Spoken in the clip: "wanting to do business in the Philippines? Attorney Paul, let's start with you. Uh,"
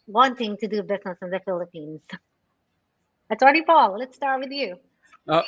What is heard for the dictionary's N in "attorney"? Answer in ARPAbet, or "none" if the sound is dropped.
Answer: none